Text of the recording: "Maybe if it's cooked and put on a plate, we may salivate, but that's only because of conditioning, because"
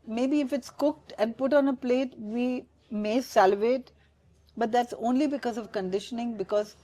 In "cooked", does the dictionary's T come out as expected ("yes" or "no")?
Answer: yes